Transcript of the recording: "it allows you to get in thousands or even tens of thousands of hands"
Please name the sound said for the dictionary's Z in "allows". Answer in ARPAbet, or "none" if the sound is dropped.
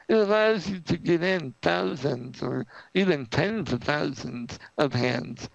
Z